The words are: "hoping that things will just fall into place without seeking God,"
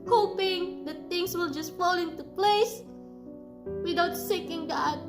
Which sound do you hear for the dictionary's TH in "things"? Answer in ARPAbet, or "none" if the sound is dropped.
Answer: T